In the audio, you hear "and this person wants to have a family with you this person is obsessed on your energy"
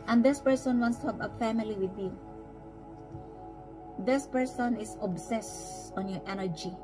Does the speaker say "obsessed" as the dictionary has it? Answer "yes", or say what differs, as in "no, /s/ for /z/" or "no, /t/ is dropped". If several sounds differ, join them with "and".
no, /t/ is dropped